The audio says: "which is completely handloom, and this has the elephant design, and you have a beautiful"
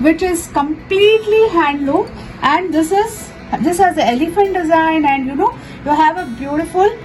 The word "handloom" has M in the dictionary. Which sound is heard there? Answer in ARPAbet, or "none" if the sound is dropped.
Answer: none